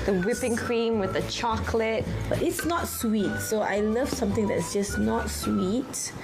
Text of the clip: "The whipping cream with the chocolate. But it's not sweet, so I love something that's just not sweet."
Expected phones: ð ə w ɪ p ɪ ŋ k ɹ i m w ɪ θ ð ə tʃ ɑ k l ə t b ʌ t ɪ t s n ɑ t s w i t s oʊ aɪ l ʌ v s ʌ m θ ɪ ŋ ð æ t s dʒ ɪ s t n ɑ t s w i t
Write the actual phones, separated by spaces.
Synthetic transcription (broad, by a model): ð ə w ɪ p ɪ ŋ k ɹ i m w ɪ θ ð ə tʃ ɑ k l ə t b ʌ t ɪ t s n ɑ t s w i t s oʊ aɪ l ʌ v s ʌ m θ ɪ ŋ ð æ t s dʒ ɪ s n ɑ t s w i t